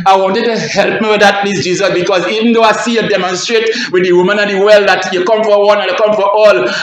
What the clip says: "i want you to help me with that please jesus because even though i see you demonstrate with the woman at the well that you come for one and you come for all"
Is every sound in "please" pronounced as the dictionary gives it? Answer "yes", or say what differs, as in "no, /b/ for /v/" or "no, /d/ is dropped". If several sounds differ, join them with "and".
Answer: no, /s/ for /z/